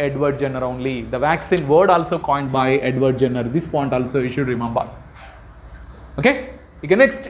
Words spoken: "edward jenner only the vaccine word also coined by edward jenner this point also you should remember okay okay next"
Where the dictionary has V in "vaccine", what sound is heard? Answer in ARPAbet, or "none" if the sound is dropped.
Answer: V